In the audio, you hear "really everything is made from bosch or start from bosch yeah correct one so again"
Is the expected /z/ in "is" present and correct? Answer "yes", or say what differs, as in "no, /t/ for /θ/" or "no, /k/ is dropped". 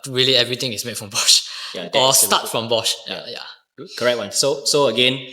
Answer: no, /s/ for /z/